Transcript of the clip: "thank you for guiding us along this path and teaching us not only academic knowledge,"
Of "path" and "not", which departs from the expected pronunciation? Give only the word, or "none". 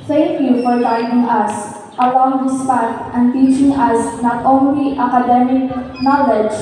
path